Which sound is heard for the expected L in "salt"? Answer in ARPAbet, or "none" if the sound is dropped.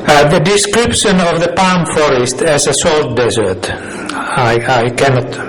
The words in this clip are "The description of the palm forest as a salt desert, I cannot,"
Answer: L